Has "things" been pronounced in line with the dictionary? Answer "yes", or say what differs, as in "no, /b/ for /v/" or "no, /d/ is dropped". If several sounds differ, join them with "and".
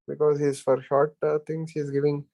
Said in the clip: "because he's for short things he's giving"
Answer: no, /t/ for /θ/